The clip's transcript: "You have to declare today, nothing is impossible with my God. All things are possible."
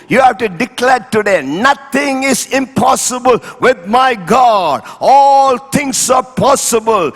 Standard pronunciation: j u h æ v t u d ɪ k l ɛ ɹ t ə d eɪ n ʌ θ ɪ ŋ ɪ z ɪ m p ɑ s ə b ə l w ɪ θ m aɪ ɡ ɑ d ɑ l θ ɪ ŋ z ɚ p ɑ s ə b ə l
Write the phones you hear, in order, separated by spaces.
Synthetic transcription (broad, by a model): j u h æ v t u d ɪ k l ɛ ɹ t ə d eɪ n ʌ t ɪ ŋ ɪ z ɪ m p ɑ s ə b ə l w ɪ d m aɪ ɡ ɑ d ɑ l t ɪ ŋ s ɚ p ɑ s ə b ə l